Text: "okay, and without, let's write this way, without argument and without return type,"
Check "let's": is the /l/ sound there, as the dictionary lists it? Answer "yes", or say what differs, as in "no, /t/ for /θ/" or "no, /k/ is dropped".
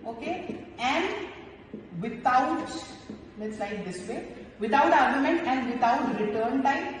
no, /n/ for /l/